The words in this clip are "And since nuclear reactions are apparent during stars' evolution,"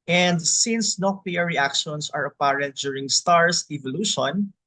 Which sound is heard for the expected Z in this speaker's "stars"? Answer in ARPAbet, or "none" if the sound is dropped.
S